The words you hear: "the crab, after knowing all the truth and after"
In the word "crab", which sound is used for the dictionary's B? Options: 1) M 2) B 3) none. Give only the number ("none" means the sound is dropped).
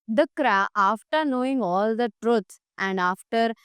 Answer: 3